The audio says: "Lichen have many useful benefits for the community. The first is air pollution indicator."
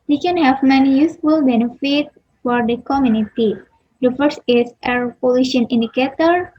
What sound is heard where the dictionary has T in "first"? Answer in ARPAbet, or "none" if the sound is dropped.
none